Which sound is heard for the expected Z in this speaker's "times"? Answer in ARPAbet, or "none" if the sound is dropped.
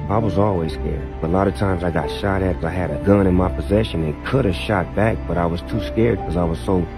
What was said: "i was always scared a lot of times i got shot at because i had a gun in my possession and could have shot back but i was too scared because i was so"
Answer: Z